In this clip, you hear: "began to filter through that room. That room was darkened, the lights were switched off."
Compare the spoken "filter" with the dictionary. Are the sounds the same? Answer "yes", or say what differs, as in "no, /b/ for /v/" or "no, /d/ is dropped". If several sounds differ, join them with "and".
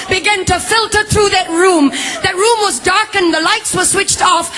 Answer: yes